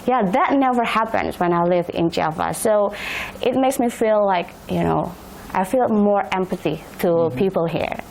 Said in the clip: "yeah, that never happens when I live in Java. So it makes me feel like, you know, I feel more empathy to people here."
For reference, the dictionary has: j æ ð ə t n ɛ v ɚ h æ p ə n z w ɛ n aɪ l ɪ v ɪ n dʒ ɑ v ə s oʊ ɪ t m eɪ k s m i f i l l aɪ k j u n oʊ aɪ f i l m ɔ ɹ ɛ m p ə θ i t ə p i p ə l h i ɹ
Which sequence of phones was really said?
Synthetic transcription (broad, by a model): j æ ð ə t n ɛ v ɚ h æ p ə n z w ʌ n aɪ l ɪ v ɪ n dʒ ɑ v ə s oʊ ɪ t m eɪ k s m i f i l l aɪ k j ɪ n oʊ aɪ f i l m ɔ ɹ ɛ m p ə θ i t ə p i p l h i ɹ